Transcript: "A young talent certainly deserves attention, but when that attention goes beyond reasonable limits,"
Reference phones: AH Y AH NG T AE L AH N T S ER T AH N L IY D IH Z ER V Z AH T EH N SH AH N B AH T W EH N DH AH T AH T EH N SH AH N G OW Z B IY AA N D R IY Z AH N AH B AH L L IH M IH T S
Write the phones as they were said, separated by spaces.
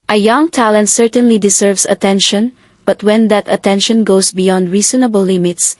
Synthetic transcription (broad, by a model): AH Y AH NG T AE L AH N T S ER T AH N L IY D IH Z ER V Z AH T EH N SH AH N B AH T W EH N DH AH T AH T EH N SH AH N G OW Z B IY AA N D R IY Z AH N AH B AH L L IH M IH T S